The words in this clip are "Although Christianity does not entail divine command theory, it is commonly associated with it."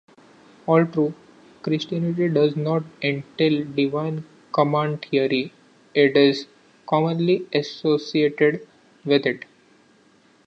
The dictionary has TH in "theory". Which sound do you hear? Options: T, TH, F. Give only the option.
T